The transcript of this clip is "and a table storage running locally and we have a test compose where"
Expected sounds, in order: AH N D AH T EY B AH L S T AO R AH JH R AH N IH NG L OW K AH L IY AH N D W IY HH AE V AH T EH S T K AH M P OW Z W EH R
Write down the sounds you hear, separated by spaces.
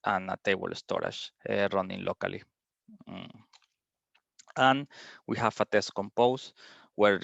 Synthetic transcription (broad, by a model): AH N AH T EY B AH L S T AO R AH SH R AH N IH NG L OW K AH L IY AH N W IY HH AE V AH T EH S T K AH M P OW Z W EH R